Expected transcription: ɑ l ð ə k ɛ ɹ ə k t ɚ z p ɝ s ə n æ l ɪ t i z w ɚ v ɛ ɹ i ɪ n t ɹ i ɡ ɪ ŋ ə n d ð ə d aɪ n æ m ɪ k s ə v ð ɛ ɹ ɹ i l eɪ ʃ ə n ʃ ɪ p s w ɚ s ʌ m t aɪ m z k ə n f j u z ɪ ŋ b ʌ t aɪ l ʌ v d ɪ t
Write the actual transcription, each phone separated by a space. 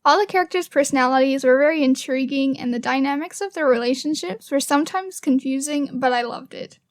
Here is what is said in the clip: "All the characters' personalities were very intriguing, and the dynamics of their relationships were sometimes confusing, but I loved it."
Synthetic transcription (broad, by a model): ɑ l ð ə k ɛ ɹ ə k t ɚ z p ɝ s ə n æ l ɪ t i z w ɚ v ɛ ɹ i ɪ n t ɹ i ɡ ɪ ŋ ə n ð ə d aɪ n æ m ɪ k s ə v ð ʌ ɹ ɹ i l eɪ ʃ ə n ʃ ɪ p s w ɚ s ʌ m t aɪ m z k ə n f j u z ɪ ŋ b ʌ t aɪ l ʌ v d ɪ t